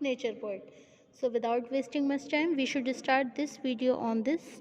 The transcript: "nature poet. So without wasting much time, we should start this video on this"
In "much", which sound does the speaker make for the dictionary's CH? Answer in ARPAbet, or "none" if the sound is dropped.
S